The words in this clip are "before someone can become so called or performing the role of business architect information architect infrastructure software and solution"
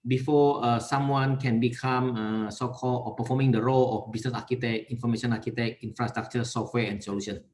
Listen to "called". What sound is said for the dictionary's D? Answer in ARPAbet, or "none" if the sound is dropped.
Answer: none